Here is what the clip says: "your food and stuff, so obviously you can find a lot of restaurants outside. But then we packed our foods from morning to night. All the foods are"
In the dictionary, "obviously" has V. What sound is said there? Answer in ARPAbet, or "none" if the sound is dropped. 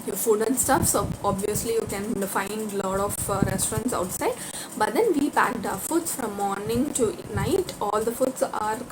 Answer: V